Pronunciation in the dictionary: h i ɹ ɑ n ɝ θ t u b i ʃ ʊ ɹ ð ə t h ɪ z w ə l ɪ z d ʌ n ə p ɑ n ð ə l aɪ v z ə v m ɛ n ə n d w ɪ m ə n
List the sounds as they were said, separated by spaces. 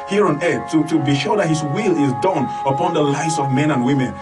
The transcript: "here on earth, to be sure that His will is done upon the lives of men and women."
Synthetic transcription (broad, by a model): h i ɹ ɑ n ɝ t t u b i ʃ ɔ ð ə t h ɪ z w ə l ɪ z d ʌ n ə p ɑ n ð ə l aɪ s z ə v m ɛ n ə n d w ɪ m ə n